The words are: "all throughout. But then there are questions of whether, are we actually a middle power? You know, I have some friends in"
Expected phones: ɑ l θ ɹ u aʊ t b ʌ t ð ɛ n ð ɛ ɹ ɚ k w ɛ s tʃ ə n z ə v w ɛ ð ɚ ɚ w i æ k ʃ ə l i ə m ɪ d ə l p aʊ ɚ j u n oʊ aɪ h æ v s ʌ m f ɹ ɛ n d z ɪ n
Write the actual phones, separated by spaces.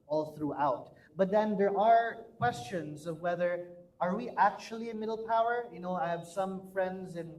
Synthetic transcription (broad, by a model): ɑ l θ ɹ u aʊ t b ʌ t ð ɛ n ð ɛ ɹ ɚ k w ɛ s tʃ ə n z ə v w ɛ ð ɚ ɚ w i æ k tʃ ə l i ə m ɪ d l p aʊ ɚ j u n oʊ aɪ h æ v s ʌ m f ɹ ɛ n d z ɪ n